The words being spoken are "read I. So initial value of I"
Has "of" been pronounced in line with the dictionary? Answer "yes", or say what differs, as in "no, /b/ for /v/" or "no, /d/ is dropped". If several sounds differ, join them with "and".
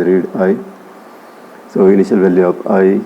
no, /p/ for /v/